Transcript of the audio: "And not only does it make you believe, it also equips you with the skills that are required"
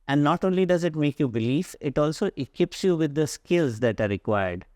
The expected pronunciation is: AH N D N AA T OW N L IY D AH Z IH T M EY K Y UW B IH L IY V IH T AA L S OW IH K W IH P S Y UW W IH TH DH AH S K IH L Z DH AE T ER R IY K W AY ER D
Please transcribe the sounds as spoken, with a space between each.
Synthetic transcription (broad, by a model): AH N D N AA T OW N L IY D AH Z IH T M EY K Y UW B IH L IY F IH T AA L S OW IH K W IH P S Y UW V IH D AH S K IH L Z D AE T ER R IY K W AY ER D